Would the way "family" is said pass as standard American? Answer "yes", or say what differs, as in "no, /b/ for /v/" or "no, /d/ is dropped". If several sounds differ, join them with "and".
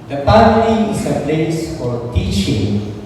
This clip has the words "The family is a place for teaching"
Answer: no, /p/ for /f/